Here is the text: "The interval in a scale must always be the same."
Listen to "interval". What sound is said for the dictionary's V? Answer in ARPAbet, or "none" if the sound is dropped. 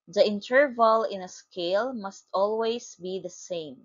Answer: V